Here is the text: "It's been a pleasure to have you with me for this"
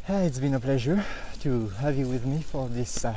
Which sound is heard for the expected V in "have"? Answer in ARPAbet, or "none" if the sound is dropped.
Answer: V